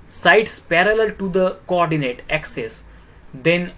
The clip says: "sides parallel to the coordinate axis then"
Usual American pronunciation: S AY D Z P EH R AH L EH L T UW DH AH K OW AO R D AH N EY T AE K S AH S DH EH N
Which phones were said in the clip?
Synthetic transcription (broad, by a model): S AY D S P EH R AH L EH L T UW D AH K OW AO R D AH N EY T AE K S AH S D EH N